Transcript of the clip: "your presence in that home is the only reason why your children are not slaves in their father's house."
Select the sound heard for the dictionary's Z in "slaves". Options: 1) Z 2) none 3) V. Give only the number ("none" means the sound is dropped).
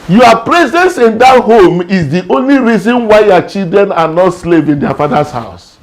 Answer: 2